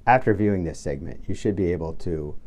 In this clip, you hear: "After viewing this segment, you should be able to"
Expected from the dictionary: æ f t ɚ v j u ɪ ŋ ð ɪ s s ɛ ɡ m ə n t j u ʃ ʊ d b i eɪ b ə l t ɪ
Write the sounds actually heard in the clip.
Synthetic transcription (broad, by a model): æ f t ɚ v j u ɪ ŋ ð ɪ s s ɛ ɡ m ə n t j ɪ ʃ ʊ d b i eɪ b l t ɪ